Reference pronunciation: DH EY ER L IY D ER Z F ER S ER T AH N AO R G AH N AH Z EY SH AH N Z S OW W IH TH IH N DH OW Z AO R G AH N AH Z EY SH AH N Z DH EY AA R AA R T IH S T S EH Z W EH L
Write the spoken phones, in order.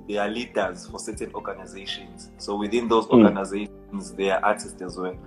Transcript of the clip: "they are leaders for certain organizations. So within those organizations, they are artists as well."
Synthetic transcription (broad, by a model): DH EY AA L IY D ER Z F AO S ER T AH N AO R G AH N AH Z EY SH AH N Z S OW W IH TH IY N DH OW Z AO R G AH N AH Z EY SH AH N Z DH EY AA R AA T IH S T EH Z W EH L